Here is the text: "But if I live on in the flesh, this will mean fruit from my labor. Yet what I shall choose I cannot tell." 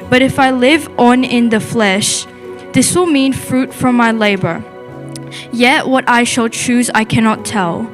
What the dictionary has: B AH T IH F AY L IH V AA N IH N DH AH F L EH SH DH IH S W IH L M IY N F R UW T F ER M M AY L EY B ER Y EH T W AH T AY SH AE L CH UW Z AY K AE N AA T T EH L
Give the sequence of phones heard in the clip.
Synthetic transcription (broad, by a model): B AH T IH F AY L IH V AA N IH N DH AH F L EH SH DH IH S W IH L M IY N F R UW T F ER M M AY L EY B ER Y EH T W AH T AY SH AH L CH UW Z AY K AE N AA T T EH L